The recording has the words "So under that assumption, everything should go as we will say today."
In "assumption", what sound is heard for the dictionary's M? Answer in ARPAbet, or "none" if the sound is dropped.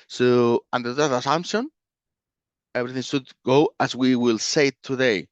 M